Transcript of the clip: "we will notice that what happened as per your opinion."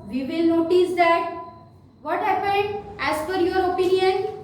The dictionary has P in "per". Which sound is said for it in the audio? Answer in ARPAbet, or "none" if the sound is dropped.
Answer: F